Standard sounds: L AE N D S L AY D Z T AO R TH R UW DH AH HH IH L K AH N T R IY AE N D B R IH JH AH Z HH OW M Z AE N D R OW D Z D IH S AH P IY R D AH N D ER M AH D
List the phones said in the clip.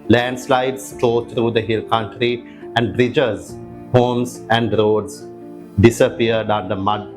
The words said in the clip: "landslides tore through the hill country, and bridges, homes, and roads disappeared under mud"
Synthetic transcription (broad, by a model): L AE N D S L AY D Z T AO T R UW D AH HH IH L K AH N T R IY AE N D B R IH JH AH Z HH OW M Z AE N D R OW D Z D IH S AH P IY R D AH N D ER M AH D